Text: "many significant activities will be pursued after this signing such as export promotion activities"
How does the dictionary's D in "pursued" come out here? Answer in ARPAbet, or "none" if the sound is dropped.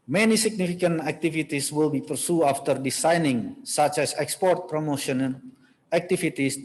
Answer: none